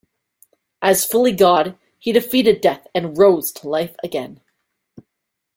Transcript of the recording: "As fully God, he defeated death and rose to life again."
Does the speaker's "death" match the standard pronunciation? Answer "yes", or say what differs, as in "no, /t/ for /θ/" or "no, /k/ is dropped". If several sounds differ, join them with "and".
yes